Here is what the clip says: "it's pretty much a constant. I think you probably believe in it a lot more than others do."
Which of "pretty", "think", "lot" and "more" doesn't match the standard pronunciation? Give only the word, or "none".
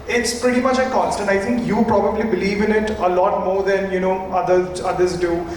think